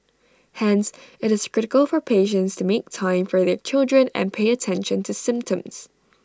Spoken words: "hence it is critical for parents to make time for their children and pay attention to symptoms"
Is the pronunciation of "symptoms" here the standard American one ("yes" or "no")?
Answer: yes